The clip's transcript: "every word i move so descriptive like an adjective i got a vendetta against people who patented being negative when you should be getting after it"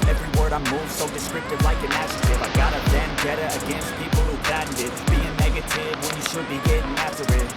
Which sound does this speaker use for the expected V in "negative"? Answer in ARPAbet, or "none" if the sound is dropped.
V